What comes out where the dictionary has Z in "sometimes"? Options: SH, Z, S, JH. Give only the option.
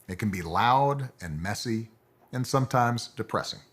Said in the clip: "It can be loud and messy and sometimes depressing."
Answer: Z